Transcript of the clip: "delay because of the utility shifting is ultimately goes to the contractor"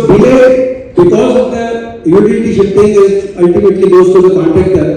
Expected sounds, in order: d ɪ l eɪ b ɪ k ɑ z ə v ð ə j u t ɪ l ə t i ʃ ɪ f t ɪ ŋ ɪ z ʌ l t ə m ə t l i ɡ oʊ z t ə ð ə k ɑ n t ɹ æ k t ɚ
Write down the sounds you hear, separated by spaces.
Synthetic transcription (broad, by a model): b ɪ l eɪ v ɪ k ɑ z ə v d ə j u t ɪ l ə t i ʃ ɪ t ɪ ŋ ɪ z ʌ l t ə m ə t l i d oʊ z t ə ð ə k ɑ n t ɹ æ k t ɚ